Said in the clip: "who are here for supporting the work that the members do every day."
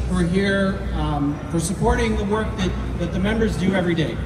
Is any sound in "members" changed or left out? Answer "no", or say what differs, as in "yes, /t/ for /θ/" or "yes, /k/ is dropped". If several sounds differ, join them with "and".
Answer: no